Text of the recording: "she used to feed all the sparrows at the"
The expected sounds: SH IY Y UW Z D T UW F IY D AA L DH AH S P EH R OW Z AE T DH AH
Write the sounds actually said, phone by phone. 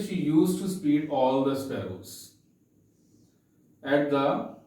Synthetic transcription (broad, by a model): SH IY Y UW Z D T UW P IY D AA L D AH S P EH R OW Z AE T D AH